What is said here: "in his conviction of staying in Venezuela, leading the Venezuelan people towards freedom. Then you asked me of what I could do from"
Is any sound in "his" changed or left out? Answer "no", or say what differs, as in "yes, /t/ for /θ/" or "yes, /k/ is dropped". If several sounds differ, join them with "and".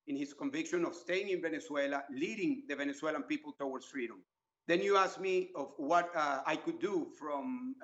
yes, /s/ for /z/